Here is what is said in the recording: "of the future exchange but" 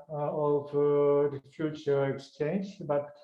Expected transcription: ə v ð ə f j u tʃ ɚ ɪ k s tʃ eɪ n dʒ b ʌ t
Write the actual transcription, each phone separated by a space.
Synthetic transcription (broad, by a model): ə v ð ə f j u tʃ ɚ ɪ k s tʃ eɪ n dʒ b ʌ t